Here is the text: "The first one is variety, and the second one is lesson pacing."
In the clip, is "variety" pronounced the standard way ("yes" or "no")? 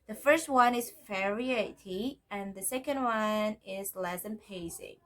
no